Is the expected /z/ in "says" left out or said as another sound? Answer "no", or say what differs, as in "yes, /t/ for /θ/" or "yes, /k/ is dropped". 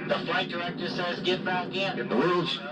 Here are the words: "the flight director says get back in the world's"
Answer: no